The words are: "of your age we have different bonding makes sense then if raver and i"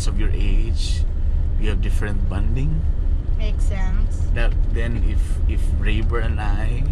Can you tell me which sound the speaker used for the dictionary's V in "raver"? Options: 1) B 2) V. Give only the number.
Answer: 1